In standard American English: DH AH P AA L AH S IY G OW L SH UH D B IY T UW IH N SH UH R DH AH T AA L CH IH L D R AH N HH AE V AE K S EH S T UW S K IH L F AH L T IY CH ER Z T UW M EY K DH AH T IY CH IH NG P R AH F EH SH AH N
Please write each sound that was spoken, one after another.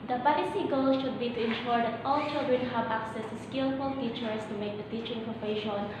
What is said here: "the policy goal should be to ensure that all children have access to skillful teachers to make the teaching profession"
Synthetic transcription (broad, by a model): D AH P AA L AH S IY G OW L SH UH D B IY T UW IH N SH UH R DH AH T AA L CH IH L D R AH N HH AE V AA K S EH S T UW S K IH L F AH L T IY CH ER S T UW M EY K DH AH T IY CH IH NG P R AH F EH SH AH N